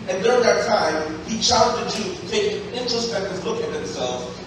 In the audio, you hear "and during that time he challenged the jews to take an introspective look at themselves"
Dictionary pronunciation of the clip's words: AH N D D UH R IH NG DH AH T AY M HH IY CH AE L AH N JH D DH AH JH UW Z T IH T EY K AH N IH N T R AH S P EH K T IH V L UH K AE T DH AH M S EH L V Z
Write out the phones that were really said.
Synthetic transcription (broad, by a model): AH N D D UH R IH NG DH AH T AY M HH IY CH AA AH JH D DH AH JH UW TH T IH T EY AH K IH N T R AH S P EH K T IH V L UH K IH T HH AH M S EH L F